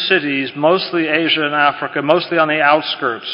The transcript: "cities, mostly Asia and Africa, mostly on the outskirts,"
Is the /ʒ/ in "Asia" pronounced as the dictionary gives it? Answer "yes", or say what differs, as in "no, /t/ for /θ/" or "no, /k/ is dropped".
yes